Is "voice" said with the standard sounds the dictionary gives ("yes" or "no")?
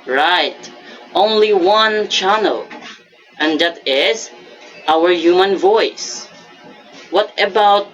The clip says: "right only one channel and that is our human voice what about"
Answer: yes